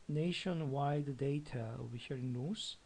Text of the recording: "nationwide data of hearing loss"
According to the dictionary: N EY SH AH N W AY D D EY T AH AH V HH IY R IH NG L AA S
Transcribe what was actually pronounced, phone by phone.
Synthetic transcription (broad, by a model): N EY SH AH N W AY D D EY T AH AH V HH IY R IH NG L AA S